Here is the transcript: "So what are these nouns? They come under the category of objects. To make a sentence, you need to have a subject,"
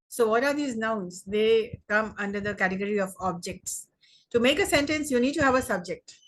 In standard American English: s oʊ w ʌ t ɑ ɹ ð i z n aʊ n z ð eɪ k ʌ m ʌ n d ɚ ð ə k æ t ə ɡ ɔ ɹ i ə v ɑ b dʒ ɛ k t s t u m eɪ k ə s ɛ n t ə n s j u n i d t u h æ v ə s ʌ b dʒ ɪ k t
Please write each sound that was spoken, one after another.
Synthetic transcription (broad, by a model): s oʊ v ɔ t ɑ ɹ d i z n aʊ n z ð eɪ k ʌ m ʌ n d ɚ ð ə k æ t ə ɡ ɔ ɹ i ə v ɑ b dʒ ɛ k t s t u m eɪ k ə s ɛ n t ə n s j u n i d t u h æ v ə s ʌ b dʒ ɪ k t